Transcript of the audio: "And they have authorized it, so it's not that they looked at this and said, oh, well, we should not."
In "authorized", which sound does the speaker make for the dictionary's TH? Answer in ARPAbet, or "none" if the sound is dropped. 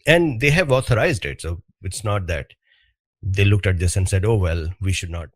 T